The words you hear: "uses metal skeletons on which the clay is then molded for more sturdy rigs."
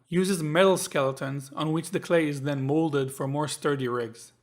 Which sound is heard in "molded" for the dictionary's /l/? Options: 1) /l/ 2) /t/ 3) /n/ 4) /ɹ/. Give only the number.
1